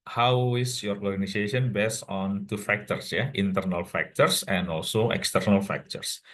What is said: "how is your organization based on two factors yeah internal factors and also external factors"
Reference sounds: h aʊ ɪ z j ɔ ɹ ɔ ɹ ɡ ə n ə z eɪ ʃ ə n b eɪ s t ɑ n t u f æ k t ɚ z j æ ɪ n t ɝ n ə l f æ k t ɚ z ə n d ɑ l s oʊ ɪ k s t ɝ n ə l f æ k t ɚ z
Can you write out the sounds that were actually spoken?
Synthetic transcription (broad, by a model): h aʊ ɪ s j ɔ ɹ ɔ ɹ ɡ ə n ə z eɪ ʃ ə n b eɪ s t ɑ n t u f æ k t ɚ s j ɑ ɪ n t ɝ n ə l f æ k t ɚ s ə n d ɑ l s oʊ ɪ k s t ɝ n ə l f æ k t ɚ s